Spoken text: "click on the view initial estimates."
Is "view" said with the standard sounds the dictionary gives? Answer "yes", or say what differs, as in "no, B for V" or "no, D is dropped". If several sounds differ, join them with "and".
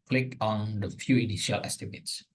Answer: no, F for V